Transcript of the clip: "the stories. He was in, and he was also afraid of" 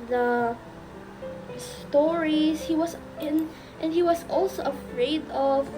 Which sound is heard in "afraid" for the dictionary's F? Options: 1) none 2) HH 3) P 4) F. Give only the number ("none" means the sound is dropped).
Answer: 4